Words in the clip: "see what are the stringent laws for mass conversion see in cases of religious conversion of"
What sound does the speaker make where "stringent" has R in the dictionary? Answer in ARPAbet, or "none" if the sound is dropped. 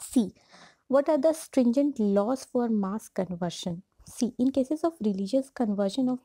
R